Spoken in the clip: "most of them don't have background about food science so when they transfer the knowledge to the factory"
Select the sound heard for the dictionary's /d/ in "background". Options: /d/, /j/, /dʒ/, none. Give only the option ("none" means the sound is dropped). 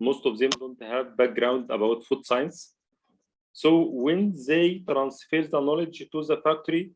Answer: /d/